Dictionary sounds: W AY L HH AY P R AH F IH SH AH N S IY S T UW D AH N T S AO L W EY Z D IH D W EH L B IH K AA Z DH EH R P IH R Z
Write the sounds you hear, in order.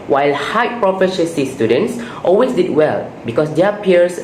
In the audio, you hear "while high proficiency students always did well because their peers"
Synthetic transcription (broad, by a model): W AY L HH AY P R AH F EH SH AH S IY S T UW D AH N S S AO L W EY S D IH D W EH L B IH K AA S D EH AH P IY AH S